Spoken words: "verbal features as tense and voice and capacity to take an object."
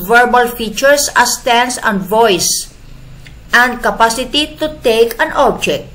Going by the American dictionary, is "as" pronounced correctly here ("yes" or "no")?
no